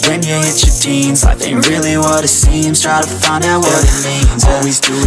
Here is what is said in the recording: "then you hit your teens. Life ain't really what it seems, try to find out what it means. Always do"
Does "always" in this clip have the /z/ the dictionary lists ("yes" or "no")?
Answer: yes